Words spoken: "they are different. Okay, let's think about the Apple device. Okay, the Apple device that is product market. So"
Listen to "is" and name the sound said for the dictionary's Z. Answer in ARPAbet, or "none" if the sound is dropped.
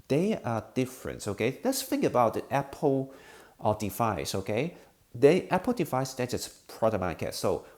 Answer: S